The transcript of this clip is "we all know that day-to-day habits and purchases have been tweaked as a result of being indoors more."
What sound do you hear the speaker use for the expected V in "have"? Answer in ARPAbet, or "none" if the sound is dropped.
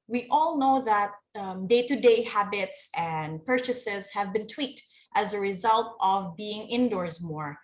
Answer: V